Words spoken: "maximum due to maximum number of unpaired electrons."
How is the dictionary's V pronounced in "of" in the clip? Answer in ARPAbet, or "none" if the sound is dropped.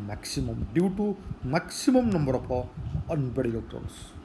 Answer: P